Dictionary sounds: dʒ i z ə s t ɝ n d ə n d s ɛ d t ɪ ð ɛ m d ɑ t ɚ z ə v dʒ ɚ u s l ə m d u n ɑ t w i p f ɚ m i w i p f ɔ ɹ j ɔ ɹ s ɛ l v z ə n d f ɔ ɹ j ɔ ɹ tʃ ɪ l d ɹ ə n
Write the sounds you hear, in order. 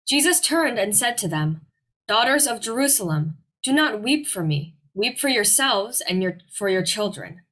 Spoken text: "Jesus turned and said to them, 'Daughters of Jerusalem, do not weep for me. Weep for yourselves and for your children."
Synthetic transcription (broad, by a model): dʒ i z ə s t ɝ n d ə n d s ɛ d t ɪ ð ɛ m d ɑ t ɚ z ə v dʒ ɚ u s l ə m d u n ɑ t w i p f ɚ m i w i p f ɔ ɹ j ɔ ɹ s ɛ l v z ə n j f ɔ ɹ j ɔ ɹ tʃ ɪ l d ɹ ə n